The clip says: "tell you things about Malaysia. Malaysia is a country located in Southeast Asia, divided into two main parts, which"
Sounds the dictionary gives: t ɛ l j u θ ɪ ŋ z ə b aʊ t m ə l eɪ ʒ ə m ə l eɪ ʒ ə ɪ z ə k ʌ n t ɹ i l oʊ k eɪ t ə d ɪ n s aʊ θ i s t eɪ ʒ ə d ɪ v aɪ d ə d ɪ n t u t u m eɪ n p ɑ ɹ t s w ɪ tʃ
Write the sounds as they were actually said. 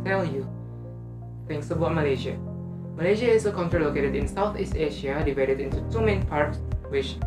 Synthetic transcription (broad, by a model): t ɛ l j u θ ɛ ŋ s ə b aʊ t m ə l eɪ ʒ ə m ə l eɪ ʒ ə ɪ s ə k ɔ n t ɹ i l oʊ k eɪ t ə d ɪ n s aʊ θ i s t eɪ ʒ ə d ɪ v aɪ d ə d ɪ n t u t u m eɪ n p ɑ ɹ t s w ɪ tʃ